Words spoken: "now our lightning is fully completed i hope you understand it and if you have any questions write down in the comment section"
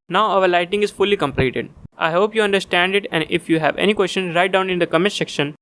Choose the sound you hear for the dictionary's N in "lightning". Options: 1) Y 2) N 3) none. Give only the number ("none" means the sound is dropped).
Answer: 3